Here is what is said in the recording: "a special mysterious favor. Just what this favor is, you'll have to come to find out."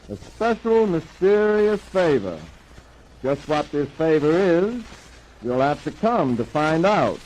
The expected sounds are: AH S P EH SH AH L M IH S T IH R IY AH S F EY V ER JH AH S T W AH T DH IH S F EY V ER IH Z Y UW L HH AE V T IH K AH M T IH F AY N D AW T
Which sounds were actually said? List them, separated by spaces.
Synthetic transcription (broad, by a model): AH S P EH SH L M IH S T IH R IY AH S F EY V ER JH AH S T W AH T DH IH S F EY V ER IH Z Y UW L HH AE F T IH K AH M T IH F AY N D AW T